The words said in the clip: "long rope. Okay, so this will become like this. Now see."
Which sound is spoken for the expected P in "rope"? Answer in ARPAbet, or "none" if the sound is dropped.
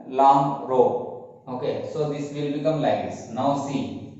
none